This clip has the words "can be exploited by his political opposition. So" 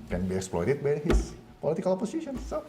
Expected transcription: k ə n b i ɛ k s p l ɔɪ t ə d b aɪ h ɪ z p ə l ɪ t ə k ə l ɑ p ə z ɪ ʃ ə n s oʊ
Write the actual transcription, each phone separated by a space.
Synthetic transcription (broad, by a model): k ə n b i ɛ k s p l ɔɪ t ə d b aɪ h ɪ s p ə l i t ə k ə l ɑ p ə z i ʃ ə n s oʊ